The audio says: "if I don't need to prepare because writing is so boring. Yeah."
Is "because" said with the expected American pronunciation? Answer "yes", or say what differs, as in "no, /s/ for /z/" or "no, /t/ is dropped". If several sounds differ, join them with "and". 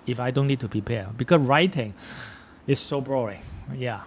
no, /s/ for /z/